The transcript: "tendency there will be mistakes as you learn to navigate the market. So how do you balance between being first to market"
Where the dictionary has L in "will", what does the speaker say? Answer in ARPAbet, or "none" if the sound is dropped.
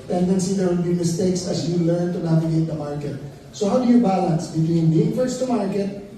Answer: N